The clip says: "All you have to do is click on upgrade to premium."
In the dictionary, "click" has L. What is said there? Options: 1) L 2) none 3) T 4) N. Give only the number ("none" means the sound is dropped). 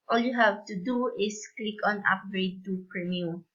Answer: 1